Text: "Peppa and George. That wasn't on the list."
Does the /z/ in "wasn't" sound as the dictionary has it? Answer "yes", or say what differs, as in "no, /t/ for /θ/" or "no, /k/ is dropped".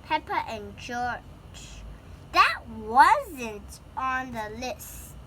yes